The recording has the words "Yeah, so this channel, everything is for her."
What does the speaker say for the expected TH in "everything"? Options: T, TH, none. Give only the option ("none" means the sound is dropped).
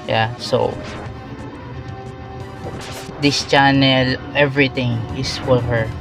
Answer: T